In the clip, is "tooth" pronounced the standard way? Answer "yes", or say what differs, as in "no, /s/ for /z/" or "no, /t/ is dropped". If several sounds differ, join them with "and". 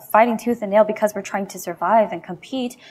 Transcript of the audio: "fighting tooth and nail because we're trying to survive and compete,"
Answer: yes